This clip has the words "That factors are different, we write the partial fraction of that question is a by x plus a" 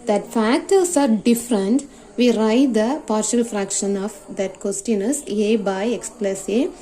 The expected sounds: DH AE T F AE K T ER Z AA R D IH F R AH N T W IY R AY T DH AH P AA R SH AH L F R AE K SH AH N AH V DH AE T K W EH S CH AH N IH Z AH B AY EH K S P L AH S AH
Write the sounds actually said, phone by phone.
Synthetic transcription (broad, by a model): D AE T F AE K T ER S AA R D IH F R AH N T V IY R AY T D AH P AA R SH AH L F R AE K SH AH N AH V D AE T K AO S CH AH N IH S AH B AY EH K S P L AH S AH